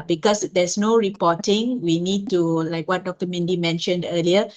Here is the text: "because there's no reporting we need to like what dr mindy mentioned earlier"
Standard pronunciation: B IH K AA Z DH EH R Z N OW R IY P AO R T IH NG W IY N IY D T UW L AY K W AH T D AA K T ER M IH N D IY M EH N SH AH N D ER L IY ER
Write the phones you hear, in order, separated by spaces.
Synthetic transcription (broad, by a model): B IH K AA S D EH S N OW R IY P AO T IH NG W IY N IY D T UW L AY K W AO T D AA K T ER M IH N D IY M EH N SH AH N D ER L IY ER